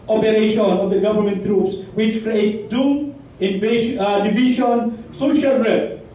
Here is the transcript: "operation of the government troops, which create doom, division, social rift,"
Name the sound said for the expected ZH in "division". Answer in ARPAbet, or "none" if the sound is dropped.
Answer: SH